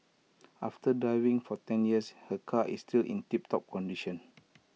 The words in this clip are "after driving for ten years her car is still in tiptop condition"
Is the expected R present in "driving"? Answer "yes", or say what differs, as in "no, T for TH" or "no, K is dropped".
no, R is dropped